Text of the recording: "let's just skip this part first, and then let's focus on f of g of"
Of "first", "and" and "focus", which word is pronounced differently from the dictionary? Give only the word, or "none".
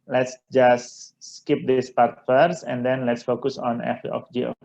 first